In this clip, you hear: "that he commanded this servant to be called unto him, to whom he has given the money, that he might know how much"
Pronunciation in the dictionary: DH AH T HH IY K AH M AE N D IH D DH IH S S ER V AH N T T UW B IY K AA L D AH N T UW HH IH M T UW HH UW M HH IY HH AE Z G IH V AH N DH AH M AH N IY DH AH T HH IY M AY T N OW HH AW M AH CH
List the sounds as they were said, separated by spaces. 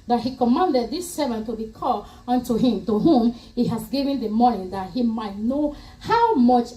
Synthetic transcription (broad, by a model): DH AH T HH IY K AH M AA N D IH D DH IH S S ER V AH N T T UW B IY K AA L AH N T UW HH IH M T UW HH UW M HH IY HH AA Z G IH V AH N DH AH M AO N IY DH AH T HH IY M AY T N OW HH AW M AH CH